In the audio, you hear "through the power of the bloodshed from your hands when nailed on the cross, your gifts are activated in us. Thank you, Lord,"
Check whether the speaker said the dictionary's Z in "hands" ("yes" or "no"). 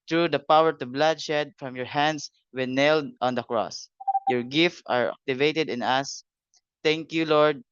no